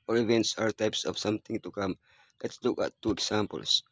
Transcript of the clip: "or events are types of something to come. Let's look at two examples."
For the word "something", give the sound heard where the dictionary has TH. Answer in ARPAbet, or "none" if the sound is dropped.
T